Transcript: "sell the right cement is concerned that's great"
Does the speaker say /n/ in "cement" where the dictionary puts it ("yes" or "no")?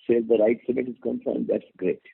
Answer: no